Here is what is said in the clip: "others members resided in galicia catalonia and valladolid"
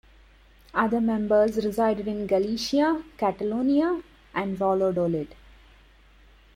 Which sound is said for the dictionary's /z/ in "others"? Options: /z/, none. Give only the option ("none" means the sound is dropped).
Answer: none